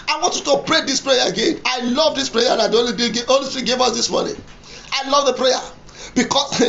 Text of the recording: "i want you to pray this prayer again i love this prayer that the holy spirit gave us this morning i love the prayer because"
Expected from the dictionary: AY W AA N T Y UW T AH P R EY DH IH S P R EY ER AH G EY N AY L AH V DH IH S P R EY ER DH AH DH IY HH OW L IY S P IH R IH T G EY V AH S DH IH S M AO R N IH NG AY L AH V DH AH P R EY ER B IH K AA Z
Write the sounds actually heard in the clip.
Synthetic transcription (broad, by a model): AY W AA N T Y UW T AH P R EY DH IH S P R EY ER AH G EY N AY L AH V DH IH S P R EY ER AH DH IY OW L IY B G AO L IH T G EY V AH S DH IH S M AO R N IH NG AY L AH V DH AH P R EY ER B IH K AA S